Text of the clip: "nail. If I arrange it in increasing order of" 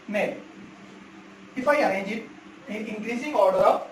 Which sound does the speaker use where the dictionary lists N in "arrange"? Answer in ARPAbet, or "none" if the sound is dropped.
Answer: none